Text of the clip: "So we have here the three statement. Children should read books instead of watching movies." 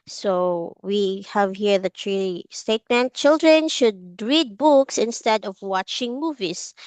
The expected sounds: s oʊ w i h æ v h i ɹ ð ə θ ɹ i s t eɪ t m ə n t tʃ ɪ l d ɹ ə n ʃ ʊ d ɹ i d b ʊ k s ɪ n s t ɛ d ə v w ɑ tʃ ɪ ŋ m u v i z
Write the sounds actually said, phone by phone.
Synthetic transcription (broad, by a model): s oʊ w i h æ v h i ɹ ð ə t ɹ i s t eɪ t m ə n t tʃ ɪ l d ɹ ə n ʃ ʊ d ɹ i d b ʊ k s ɪ n s t ɛ d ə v w ɑ tʃ ɪ ŋ m u v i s